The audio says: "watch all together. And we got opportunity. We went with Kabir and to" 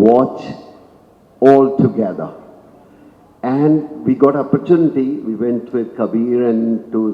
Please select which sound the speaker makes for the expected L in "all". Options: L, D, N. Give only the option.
L